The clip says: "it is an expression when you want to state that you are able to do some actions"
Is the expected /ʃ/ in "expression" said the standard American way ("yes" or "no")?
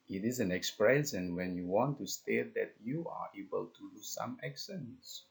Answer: no